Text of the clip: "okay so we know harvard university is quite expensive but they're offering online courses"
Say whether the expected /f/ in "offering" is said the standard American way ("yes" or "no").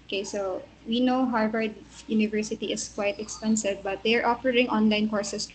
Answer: no